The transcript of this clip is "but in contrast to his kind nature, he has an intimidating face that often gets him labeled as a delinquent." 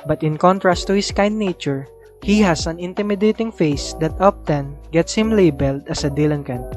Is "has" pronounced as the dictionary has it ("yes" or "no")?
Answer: no